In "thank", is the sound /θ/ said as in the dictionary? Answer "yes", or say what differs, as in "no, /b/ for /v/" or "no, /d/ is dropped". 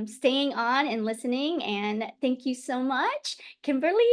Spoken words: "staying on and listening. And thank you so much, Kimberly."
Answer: yes